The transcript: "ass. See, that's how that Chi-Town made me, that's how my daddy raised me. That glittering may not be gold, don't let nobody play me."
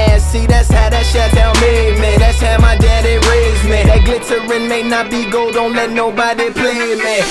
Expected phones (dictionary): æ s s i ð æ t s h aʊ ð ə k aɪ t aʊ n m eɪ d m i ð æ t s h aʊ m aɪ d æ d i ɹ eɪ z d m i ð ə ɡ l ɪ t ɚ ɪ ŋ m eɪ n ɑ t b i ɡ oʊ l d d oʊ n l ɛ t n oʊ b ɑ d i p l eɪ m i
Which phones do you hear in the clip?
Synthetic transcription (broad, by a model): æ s s i ð æ t s h aʊ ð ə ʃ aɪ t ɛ l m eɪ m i ð æ t s h aʊ m aɪ d æ d i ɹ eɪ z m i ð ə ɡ l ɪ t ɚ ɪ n m eɪ n ɑ t b i ɡ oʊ l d d oʊ n l ɛ t n oʊ b ɑ d i p l eɪ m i